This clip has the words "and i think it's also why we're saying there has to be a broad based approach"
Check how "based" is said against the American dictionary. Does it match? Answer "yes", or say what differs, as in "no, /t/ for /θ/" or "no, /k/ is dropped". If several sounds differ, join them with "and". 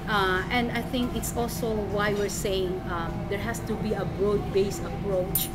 no, /t/ is dropped